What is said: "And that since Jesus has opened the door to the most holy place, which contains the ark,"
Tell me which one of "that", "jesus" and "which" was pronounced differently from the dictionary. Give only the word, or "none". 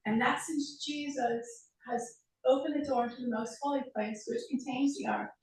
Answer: none